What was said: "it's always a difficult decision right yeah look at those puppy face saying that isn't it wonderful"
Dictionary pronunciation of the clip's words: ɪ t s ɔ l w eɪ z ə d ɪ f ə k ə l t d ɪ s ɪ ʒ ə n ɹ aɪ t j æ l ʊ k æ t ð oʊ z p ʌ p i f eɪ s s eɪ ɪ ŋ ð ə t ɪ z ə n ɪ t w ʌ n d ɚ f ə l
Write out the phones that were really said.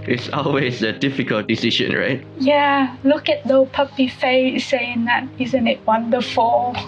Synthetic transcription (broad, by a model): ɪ t s ɔ l w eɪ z ə d ɪ f ə k ə l t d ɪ s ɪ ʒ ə n ɹ aɪ t j æ l ʊ k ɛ t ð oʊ p ʌ p i f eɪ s s eɪ ɪ ŋ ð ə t ɪ z ə n ɪ t w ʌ n d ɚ f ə l